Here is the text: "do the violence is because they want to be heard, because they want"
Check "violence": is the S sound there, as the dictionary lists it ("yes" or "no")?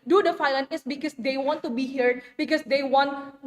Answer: no